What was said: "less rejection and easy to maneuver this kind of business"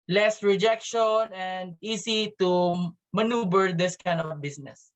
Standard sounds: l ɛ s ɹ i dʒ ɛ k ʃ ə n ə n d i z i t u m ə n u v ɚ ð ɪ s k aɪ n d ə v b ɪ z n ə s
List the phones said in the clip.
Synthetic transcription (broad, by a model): l ɛ s ɹ i dʒ ɛ k ʃ ə n ə n d i s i t u m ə n u b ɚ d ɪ s k aɪ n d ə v b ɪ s n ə s